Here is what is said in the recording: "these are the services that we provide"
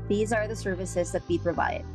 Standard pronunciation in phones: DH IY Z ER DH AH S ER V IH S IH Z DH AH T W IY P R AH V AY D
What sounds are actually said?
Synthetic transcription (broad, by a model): DH IY Z ER DH AH S ER V IH S IH Z DH AH T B IY P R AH V AY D